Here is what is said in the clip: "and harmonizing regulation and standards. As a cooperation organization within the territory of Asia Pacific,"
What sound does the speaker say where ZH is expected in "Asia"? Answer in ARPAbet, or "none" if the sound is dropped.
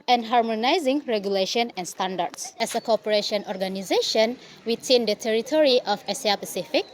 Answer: S